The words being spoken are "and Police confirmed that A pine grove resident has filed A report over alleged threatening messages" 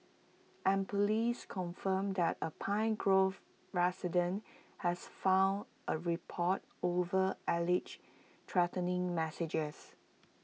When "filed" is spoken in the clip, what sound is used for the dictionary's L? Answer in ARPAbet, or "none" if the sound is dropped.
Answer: N